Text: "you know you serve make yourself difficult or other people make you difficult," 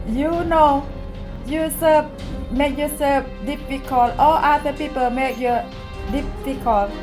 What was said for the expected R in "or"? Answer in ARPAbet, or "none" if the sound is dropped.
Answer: L